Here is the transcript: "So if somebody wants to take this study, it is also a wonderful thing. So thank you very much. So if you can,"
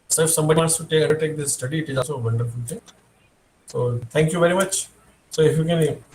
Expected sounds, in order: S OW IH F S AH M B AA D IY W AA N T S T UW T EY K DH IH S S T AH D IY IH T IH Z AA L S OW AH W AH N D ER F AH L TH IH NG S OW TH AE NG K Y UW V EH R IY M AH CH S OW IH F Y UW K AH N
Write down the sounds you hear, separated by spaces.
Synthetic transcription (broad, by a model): S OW IH F S AH M B AA D IY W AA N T S T UW T EY K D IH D S T AH D IY IH T IH Z AA L S OW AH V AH N D ER F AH L T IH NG S OW T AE NG K Y UW V EH R IY M AH CH S OW IH F Y UW K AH N